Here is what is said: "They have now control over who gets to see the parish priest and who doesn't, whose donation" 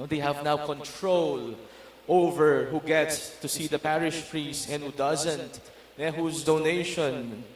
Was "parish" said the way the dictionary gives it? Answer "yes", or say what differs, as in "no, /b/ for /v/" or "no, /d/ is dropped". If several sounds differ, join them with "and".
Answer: yes